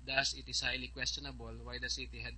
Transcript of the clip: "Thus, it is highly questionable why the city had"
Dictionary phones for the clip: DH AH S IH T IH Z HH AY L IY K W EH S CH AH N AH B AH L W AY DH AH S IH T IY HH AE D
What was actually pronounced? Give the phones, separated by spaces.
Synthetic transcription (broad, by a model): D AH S IH T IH S HH AY L IY K W EH S CH AH N AH B AH L W AY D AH S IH T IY HH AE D